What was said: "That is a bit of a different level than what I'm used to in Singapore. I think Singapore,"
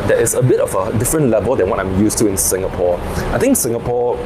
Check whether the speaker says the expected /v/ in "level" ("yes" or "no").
yes